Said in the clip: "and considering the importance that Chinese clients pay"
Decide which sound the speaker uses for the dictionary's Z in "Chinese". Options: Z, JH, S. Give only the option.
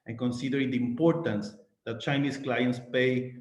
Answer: S